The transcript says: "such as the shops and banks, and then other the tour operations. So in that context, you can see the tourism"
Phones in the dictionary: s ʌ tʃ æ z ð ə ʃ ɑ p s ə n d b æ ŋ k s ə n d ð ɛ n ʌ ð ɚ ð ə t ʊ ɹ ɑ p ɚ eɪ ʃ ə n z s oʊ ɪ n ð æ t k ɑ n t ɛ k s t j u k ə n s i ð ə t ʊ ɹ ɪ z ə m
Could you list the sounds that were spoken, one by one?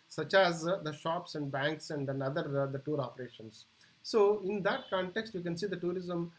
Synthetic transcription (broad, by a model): s ʌ tʃ æ z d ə ʃ ɑ p s ə n d b æ ŋ k s ə n d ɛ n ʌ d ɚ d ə t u ɹ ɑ p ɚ eɪ ʃ ə n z s oʊ ɪ n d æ t k ɑ n t ɛ k s t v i k ə n s i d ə t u ɹ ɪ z ə m